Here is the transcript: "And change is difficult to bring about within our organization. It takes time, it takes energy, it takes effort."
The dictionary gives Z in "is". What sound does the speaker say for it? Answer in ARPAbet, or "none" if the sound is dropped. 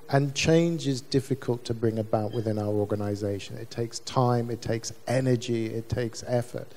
Z